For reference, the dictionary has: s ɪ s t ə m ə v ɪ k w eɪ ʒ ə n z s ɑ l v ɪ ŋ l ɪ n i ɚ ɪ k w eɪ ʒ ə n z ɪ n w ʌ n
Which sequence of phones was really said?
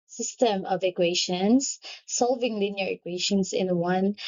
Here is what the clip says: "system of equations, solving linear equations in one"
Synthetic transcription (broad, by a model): s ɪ s t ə m ə v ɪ k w eɪ ʃ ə n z s ɑ l v ɪ ŋ l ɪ n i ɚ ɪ k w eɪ ʃ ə n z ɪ n w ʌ n